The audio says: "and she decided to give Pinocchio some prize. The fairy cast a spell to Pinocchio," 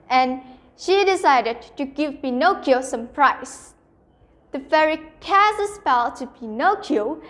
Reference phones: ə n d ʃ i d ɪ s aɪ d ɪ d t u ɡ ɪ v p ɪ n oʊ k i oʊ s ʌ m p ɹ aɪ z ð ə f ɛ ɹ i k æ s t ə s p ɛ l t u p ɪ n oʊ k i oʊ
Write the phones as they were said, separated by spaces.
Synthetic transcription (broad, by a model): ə n ʃ i d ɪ s aɪ d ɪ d t u ɡ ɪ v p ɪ n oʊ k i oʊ s ʌ m p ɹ aɪ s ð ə f ɛ ɹ i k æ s ə s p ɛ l t u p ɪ n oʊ k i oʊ